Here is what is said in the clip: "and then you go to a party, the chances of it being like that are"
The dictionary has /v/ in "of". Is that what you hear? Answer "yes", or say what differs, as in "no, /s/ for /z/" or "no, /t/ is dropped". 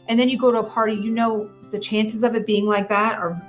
yes